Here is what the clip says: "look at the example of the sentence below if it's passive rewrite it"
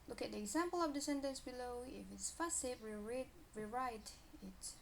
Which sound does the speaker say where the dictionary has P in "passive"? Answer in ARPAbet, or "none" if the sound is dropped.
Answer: F